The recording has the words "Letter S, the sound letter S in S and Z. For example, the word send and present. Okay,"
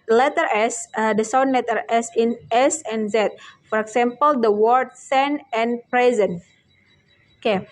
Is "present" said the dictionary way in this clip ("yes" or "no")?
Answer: no